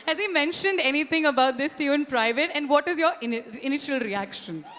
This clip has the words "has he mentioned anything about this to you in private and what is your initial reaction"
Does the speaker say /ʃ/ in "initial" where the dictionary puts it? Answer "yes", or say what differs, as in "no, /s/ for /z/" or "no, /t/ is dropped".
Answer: yes